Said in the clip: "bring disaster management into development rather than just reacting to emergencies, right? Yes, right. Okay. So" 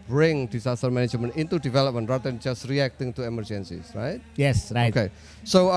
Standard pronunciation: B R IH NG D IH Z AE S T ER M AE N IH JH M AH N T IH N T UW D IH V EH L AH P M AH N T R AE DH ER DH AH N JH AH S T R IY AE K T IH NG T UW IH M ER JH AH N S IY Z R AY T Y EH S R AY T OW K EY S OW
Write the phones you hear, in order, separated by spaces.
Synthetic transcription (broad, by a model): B R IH NG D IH S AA S T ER M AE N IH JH M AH N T IH N T UW D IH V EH L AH P M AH N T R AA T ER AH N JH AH S T R IY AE K T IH NG T UW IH M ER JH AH N S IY S R AY T Y EH S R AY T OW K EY S OW